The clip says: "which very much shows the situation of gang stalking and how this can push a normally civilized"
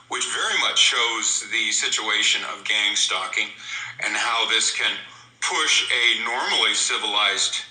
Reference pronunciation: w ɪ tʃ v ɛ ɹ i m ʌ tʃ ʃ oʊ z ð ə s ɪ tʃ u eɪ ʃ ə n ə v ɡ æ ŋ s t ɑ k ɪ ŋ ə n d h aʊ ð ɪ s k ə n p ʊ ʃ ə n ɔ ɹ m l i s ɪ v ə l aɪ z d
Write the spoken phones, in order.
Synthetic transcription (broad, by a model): w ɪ tʃ v ɛ ɹ i m ʌ tʃ ʃ oʊ z ð ə s ɪ tʃ u eɪ ʃ ə n ə v ɡ æ ŋ s t ɑ k ɪ ŋ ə n h aʊ ð ɪ s k ə n p ʊ ʃ ə n ɔ ɹ m l i s ɪ v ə l aɪ z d